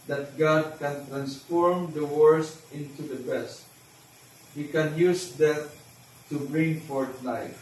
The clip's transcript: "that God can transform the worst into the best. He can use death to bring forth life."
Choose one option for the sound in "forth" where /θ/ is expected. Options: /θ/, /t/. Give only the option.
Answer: /t/